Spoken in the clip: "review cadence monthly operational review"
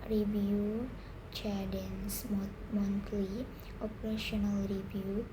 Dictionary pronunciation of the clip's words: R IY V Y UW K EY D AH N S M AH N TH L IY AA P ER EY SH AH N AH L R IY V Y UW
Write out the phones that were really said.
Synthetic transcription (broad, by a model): R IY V Y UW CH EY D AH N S M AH N T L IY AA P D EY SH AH N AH L R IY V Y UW